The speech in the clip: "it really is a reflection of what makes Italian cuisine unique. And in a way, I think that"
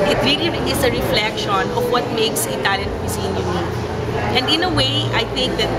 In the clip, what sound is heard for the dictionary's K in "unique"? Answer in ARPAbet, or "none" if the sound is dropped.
none